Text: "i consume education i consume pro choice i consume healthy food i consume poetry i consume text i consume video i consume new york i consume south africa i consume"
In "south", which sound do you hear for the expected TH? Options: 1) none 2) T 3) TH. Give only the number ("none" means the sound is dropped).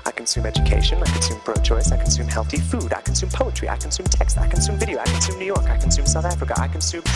3